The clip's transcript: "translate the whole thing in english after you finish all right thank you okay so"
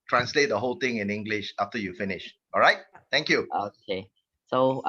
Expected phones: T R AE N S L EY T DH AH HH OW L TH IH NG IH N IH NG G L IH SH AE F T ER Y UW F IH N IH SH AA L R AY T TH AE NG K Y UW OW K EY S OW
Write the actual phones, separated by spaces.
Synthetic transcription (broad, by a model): T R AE N S L EY T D AH HH OW L T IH NG IH N IH NG G L IH SH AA F T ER Y UW F IH N IH SH AA L R AY T T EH NG K Y UW OW K EY S OW